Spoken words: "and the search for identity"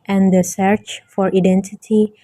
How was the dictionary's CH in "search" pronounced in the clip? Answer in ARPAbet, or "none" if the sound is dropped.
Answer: CH